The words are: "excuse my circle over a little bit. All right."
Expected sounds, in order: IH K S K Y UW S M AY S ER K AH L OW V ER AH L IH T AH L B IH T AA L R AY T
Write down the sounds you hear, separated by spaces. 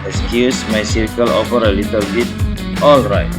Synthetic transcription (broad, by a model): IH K S K Y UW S M AY S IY K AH L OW F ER AH L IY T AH L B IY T AA L R AY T